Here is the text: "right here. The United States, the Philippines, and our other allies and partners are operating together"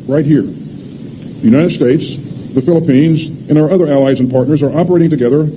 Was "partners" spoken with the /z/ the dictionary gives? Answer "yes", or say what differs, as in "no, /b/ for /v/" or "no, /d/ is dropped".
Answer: yes